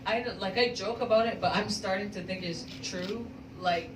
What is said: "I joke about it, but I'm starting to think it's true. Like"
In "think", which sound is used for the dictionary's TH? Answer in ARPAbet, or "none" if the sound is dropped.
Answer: TH